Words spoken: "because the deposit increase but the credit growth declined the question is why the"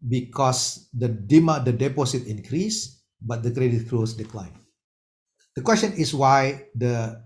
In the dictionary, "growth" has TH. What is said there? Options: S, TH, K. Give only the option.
S